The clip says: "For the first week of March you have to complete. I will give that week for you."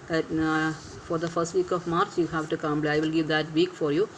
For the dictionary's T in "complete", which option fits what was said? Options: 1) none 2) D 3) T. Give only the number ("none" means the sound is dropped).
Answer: 1